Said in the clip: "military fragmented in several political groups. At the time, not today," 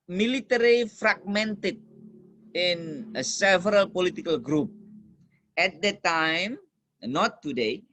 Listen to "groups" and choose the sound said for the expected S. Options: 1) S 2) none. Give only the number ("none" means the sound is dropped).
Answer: 2